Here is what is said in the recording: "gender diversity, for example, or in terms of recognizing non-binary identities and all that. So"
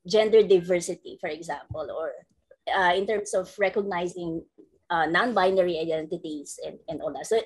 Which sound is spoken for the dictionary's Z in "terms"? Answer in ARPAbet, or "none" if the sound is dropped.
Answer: S